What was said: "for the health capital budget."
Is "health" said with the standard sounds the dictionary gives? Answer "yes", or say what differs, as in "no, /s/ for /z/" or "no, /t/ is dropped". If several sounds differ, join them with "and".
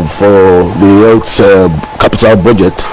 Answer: no, /s/ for /θ/